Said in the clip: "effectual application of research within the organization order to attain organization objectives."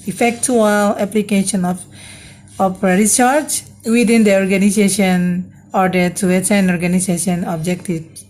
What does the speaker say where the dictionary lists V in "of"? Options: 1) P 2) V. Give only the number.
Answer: 1